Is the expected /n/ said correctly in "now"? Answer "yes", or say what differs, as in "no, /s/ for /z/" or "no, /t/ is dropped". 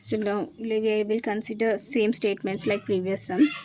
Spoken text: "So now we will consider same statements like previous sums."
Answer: no, /l/ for /n/